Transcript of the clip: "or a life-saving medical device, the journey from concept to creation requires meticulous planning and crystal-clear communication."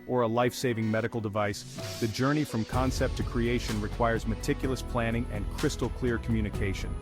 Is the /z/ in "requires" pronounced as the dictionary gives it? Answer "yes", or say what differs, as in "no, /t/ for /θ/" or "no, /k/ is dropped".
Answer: yes